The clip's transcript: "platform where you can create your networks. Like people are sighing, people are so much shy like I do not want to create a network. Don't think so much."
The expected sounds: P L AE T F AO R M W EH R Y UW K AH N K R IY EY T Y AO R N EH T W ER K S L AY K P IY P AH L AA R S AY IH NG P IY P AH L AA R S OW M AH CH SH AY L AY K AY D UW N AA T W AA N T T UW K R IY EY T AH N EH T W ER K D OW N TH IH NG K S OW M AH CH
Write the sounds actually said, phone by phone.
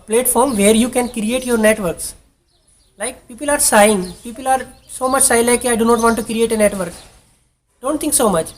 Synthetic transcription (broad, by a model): P L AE T F AO R M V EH R Y UW K AH N K R IY EY T Y AO R N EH T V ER K S L AY K P IY P AH L AA R S AY IH NG P IY P AH L AA R S OW M AH CH S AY L AY K AY D UW N AA T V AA N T T UW K R IY EY T AH N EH T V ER K D OW N T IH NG K S OW M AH CH